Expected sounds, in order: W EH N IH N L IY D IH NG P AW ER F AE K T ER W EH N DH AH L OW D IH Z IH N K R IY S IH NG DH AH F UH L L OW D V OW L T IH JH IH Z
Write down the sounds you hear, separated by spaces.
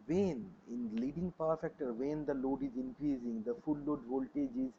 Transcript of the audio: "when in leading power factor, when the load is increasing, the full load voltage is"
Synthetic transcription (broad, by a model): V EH N IH N L IY D IH NG P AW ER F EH K T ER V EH N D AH L OW D IH Z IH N K R IY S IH NG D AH F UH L L OW D V OW L T IH JH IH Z